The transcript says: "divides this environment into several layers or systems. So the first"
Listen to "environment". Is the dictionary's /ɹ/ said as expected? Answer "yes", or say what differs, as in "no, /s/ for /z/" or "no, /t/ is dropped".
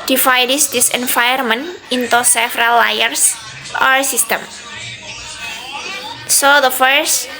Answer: no, /ɹ/ is dropped